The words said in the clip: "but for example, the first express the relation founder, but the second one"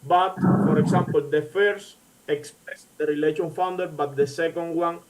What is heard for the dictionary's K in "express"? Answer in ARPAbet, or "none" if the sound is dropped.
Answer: K